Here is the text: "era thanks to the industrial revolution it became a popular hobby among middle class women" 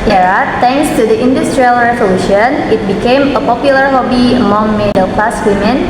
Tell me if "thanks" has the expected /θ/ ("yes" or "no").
no